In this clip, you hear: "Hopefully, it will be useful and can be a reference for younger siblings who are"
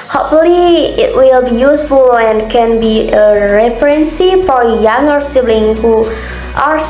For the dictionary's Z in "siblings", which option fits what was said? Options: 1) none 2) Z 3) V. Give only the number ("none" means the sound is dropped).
1